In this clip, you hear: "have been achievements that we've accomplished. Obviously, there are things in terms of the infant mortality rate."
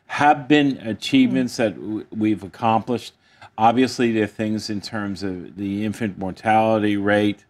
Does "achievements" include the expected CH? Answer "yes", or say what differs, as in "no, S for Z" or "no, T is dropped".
yes